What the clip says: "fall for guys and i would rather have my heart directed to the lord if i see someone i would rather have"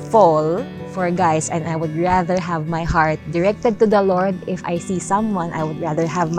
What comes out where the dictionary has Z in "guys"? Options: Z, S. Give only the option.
S